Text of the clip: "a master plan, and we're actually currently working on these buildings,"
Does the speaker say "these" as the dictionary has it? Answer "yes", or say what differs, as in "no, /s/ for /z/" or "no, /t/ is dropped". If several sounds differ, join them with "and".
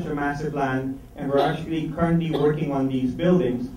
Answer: yes